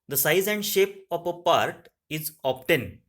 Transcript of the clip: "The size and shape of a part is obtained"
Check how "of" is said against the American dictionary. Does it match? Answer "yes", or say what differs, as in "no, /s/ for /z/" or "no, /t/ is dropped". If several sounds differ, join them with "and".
no, /p/ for /v/